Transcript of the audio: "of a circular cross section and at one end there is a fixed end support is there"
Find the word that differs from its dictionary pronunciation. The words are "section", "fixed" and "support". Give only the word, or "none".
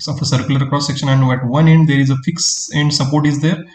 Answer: fixed